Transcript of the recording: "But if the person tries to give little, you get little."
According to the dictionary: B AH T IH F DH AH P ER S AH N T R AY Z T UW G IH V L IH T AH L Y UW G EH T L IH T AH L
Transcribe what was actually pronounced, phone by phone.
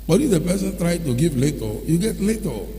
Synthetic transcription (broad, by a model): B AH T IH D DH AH P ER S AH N T R AY T UW G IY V L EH T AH Y UW G EH T L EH T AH